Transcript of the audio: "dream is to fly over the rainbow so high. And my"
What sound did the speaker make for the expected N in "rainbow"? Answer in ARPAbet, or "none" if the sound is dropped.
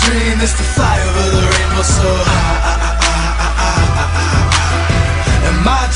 none